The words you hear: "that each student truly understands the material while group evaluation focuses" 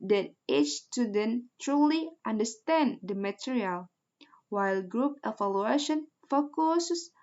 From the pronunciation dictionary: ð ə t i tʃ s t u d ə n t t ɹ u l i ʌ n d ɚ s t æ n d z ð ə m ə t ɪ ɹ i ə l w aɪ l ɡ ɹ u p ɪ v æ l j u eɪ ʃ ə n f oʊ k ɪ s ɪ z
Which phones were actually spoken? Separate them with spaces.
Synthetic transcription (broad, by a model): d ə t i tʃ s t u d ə n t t ɹ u l i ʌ n d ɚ s t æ n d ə m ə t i ɹ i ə l w aɪ l ɡ ɹ u p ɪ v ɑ l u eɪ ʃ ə n f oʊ k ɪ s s